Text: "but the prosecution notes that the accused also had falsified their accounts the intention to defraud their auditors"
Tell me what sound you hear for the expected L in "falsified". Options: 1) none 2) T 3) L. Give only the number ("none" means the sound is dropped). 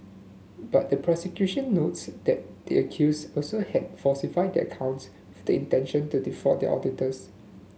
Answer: 1